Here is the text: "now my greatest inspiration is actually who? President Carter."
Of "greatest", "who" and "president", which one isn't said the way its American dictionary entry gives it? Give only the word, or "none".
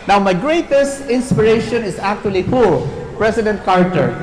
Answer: president